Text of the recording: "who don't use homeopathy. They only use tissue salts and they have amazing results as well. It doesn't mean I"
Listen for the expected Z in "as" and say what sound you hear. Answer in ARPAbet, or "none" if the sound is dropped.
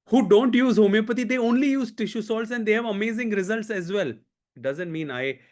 Z